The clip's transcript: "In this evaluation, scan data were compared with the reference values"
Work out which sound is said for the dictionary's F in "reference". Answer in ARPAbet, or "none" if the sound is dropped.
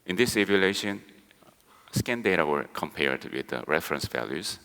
F